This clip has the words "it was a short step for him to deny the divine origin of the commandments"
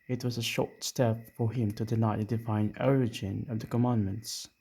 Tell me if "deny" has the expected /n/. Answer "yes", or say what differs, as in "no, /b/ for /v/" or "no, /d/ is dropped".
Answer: no, /l/ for /n/